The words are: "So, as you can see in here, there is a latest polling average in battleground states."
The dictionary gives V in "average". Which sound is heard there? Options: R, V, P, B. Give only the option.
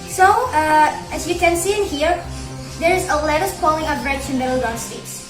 P